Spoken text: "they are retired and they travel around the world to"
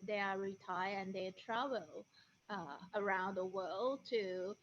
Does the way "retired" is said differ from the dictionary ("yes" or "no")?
yes